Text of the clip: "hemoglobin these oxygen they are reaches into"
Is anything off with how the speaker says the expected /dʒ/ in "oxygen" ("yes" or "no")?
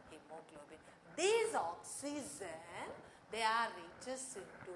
yes